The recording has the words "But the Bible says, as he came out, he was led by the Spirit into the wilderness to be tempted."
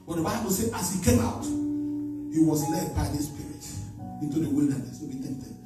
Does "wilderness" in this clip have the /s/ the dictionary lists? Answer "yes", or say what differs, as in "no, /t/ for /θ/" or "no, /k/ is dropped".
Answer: yes